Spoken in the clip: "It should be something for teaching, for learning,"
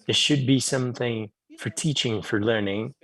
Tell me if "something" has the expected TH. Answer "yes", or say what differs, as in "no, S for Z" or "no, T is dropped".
yes